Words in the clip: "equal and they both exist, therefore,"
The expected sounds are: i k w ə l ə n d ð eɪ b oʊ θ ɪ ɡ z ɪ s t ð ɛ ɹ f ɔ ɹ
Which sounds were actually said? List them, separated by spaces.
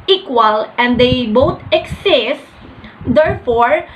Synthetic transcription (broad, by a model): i k w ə l ə n d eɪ b oʊ t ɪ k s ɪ s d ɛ ɹ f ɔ ɹ